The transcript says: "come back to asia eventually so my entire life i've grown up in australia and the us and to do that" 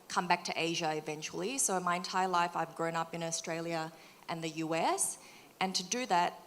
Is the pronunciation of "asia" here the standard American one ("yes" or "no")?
yes